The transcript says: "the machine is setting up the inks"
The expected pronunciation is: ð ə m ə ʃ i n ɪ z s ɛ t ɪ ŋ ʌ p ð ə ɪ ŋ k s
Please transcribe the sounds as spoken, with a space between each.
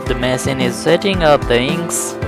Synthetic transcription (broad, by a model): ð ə m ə s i n ɪ z s ɛ t ɪ ŋ ʌ p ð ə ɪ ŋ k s